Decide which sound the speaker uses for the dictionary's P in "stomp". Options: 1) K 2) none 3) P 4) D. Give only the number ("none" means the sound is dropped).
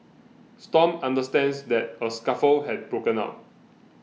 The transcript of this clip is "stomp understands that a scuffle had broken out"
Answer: 2